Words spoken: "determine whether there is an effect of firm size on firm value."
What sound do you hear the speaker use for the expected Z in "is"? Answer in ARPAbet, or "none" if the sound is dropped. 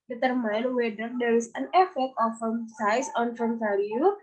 S